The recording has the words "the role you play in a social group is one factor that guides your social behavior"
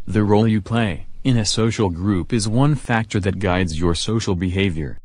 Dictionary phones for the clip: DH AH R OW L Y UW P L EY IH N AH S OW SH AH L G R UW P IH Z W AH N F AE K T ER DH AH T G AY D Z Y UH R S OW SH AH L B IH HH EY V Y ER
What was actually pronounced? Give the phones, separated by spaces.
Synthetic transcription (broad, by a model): DH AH R OW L Y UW P L EY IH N AH S OW SH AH L G R UW P IH Z W AH N F AE K T ER DH AH T G AY D Z Y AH R S OW SH L B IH HH EY V Y ER